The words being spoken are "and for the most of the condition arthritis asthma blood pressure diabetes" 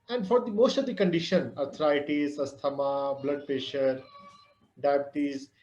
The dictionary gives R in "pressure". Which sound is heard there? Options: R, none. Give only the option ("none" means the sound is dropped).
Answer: none